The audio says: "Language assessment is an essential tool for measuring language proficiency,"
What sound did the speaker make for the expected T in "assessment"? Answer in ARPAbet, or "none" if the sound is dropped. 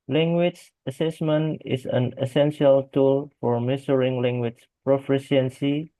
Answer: T